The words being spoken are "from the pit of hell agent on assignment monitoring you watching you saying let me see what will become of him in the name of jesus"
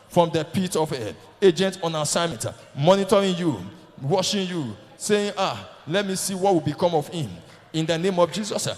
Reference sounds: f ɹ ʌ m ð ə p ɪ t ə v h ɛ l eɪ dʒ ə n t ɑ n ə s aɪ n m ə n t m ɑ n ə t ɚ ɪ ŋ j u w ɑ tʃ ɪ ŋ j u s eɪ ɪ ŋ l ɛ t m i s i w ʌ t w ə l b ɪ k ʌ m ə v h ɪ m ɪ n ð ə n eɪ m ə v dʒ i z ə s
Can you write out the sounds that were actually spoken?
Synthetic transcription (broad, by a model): f ɹ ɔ m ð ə p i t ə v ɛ eɪ dʒ ə n t ɑ n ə s aɪ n m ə n t m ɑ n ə t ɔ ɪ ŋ j u w ɑ ʃ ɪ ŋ j u s eɪ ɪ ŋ l ɛ t m i s i w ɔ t w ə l b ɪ k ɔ m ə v h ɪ m ɪ n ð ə n eɪ m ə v dʒ i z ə s